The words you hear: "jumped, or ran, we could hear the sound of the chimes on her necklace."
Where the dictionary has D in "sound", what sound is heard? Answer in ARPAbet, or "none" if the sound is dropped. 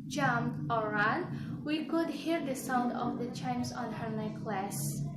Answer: D